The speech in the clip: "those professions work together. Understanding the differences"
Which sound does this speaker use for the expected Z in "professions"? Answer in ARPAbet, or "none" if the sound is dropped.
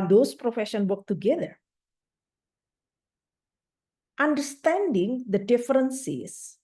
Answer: none